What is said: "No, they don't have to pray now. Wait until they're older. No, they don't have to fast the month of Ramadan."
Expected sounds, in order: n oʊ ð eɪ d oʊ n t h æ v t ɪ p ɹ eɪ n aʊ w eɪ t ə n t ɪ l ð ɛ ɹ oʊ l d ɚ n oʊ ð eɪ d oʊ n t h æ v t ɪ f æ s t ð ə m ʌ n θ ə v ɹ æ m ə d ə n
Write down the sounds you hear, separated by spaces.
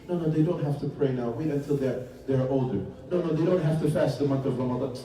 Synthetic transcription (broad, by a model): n oʊ ð eɪ d oʊ n t h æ f t ɪ p ɹ eɪ n aʊ w eɪ t ə n t ɪ l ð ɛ ɹ oʊ l d ɚ n oʊ ð eɪ d oʊ n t h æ f t ɪ f æ s t ð ə m ʌ n θ ə v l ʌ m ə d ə